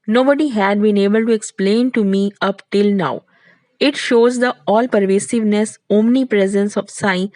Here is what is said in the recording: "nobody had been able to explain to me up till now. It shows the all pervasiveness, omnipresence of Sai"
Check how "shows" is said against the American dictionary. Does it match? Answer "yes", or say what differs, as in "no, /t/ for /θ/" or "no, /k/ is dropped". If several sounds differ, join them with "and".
yes